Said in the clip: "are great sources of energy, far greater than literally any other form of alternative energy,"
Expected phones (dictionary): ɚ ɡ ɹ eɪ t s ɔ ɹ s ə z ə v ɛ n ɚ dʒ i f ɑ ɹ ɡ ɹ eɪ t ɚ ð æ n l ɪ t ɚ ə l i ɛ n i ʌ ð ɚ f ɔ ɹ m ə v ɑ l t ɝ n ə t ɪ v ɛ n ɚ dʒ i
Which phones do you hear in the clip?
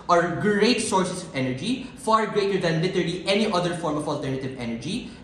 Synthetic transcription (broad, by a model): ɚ ɡ ɹ eɪ t s ɔ ɹ s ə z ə ɛ n ɚ dʒ i f ɑ ɹ ɡ ɹ eɪ t ɚ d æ n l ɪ t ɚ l i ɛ n i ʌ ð ɚ f ɔ ɹ m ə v ɑ l t ɝ n ə t ɪ v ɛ n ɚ dʒ i